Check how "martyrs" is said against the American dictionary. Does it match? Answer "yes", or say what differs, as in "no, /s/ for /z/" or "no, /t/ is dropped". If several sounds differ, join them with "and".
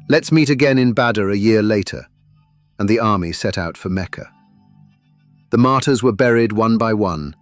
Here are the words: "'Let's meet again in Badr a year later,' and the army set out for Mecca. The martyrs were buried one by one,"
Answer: yes